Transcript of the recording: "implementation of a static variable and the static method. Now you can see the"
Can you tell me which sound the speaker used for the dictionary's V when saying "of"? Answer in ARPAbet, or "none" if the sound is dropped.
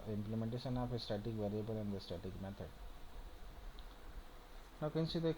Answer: P